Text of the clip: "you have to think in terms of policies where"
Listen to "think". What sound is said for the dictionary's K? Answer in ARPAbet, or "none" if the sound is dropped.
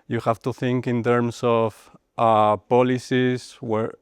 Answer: K